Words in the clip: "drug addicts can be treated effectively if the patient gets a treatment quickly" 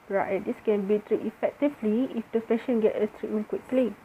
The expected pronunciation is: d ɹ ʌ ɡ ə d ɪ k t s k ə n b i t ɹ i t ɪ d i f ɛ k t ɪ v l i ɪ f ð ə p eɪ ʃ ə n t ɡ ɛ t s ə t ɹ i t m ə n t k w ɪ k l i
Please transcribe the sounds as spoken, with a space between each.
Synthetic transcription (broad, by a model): ɹ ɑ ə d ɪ s k ə n b i t ɹ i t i f ɛ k t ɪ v l i ɪ f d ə f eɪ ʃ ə n ɡ ɛ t ə t ɹ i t m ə n k w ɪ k l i